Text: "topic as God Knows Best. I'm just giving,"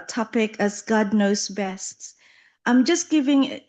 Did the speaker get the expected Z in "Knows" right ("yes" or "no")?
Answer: no